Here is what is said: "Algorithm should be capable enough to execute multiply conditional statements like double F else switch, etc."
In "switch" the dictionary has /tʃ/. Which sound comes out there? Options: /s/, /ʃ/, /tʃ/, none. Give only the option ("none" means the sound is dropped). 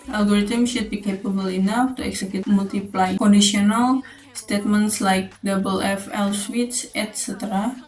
/s/